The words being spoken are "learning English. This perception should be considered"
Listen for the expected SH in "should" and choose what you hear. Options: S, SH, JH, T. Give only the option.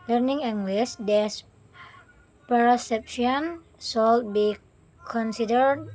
S